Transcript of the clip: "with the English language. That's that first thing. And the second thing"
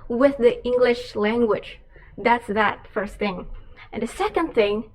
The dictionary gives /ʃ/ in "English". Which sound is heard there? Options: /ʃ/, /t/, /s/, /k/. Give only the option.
/ʃ/